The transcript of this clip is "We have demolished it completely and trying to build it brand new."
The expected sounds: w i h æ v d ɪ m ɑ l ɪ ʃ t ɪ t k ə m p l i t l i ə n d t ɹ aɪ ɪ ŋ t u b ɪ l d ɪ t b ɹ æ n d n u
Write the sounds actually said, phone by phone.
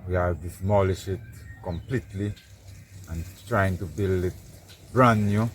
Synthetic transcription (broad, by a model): w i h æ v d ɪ m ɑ l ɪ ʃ ɪ t k ə m p l i t l i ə n t ɹ aɪ ɪ ŋ t u b ɪ l d ɪ t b ɹ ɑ n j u